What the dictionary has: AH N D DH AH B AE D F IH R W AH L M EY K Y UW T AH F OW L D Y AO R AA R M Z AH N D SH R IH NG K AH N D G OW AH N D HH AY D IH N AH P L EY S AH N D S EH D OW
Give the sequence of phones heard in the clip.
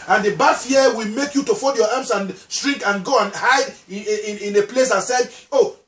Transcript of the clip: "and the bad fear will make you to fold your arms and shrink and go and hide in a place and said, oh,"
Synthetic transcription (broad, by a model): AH N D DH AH B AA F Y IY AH W AH L M EY K Y UW T AH F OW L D Y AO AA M S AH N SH R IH NG K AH N G OW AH N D HH AY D IH N AH P L EY S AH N S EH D OW